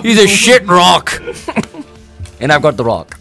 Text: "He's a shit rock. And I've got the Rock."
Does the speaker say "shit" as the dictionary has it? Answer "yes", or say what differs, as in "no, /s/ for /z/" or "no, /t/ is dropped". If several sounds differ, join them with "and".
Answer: yes